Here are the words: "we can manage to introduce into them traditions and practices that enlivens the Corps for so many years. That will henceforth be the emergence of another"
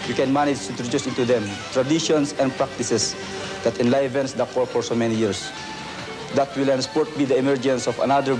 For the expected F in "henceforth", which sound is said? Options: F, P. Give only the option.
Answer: P